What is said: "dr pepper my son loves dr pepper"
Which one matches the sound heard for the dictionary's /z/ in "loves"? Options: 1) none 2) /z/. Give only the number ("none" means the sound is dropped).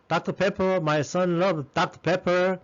1